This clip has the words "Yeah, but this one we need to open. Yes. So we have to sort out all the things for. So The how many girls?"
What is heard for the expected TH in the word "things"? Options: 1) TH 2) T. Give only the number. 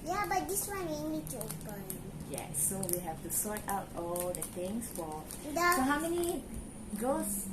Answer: 2